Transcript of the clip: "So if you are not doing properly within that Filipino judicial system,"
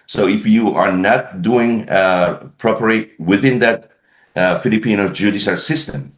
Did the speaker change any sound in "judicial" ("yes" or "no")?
yes